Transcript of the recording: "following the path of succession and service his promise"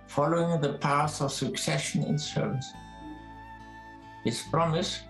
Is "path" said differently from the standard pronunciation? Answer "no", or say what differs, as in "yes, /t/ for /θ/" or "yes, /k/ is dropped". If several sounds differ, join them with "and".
yes, /s/ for /θ/